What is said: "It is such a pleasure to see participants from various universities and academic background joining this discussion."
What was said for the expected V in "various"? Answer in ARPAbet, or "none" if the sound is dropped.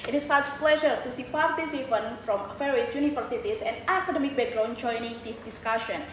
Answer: F